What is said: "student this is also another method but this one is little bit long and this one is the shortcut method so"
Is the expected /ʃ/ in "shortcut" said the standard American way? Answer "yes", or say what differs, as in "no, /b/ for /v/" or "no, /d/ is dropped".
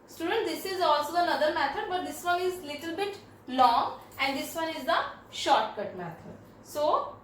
yes